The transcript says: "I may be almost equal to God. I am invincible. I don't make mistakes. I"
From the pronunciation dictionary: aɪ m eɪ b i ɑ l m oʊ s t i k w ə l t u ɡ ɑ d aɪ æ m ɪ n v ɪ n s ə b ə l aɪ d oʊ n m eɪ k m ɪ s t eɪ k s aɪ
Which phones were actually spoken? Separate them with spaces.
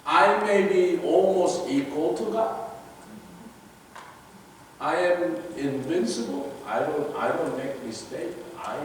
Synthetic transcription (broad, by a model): aɪ m eɪ b i ɑ l m oʊ s t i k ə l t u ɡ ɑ aɪ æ m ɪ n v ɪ n s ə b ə l aɪ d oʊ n m eɪ k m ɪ s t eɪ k aɪ